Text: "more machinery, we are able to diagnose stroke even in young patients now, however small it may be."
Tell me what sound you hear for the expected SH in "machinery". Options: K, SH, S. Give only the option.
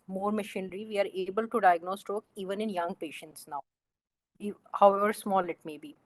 SH